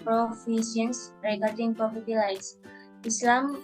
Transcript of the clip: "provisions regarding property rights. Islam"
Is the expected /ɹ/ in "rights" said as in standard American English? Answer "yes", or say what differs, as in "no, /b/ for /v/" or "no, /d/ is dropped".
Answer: no, /l/ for /ɹ/